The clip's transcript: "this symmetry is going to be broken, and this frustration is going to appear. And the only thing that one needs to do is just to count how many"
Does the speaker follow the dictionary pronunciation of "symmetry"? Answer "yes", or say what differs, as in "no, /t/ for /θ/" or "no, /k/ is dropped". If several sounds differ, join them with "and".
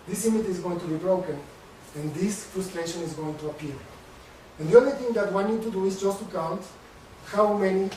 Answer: no, /ɹ/ is dropped